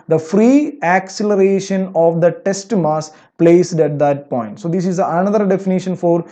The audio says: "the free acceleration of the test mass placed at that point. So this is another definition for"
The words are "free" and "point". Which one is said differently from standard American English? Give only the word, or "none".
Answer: none